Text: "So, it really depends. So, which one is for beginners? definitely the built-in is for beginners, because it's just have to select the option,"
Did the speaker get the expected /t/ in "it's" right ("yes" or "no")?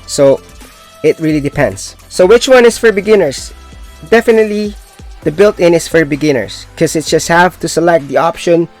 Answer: yes